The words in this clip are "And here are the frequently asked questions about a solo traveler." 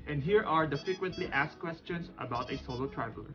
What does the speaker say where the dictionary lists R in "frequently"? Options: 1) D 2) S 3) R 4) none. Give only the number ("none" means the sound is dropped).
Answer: 4